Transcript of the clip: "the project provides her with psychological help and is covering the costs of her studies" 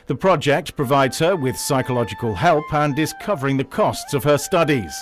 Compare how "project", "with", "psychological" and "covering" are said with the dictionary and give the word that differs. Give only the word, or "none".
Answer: none